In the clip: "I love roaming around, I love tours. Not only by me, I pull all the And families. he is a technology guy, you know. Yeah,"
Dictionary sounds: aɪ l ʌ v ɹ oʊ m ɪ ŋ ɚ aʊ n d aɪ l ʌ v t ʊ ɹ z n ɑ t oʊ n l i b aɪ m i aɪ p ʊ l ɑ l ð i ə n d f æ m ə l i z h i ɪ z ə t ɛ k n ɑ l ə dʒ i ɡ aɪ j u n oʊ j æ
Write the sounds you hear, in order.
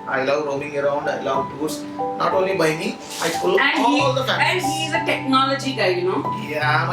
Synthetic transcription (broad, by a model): aɪ l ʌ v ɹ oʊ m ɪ ŋ ɚ aʊ n d aɪ l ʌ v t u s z n ɑ t oʊ n l i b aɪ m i aɪ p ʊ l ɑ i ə l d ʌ ə i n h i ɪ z ə t ɛ k n ɑ l ə dʒ i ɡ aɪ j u n oʊ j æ